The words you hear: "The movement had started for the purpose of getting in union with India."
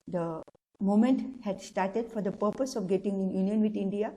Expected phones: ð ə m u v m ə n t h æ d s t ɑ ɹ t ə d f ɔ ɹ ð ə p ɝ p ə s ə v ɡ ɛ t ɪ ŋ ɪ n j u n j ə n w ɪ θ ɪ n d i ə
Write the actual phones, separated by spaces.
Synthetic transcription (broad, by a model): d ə m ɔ m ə n t h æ d s t ɑ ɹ t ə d f ɔ ɹ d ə p ɝ p ə s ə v ɡ ɛ t ɪ ŋ ɪ n j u n j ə n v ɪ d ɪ n d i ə